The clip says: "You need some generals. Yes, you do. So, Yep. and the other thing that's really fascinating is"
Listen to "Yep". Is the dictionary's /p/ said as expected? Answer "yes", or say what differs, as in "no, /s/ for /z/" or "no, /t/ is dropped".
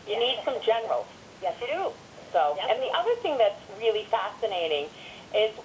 no, /p/ is dropped